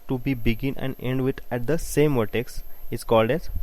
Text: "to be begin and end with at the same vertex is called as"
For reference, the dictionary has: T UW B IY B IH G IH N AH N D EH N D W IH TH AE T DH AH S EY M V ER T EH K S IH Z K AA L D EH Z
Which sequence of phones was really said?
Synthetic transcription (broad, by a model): T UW B IY B IH G IH N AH N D EH N D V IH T AE T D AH S EY M V ER T EH K S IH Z K AA L D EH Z